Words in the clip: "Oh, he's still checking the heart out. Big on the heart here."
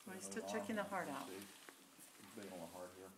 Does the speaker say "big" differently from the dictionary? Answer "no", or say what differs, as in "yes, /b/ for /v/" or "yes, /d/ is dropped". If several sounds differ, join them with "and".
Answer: yes, /ɡ/ is dropped